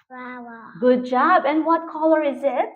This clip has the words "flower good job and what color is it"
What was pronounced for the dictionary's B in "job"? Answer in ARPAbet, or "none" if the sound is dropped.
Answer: B